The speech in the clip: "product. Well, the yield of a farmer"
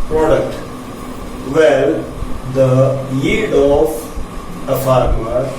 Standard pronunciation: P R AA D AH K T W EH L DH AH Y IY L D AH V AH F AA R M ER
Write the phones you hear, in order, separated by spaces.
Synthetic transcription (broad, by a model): P R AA D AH K T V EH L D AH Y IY D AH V AH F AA R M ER